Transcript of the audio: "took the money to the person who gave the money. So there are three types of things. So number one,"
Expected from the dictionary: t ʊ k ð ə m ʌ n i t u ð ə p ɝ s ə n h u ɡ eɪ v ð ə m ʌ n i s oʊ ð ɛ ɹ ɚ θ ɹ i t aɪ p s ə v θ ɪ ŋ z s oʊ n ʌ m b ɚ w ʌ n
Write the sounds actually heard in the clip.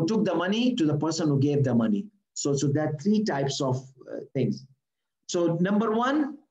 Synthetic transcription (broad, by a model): t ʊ k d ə m ʌ n i t u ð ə p ɝ s ə n h u ɡ eɪ v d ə m ʌ n i s oʊ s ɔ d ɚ t ɹ i t aɪ p s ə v t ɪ ŋ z s oʊ n ʌ m b ɚ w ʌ n